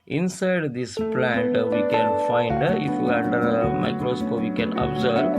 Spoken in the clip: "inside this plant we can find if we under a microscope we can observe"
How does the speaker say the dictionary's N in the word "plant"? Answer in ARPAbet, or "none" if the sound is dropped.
N